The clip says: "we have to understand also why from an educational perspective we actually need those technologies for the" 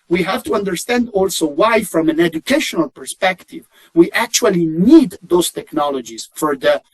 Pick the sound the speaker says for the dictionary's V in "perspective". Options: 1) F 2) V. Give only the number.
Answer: 2